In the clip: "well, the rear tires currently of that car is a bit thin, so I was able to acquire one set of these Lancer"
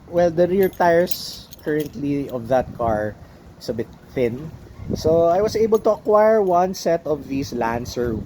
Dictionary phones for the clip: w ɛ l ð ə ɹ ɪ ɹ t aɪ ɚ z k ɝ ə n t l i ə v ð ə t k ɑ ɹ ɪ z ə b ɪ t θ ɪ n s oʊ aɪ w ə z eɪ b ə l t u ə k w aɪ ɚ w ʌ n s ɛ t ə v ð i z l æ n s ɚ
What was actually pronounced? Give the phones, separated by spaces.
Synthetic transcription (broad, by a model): w ɛ l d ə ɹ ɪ ɹ t aɪ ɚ s k ɝ ə n t l i ə v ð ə t k ɑ ɹ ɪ s ə b ɪ t θ ɪ n s oʊ aɪ w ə s eɪ b ə l t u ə k w aɪ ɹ w ʌ n s ɛ t ə v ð i s l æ n s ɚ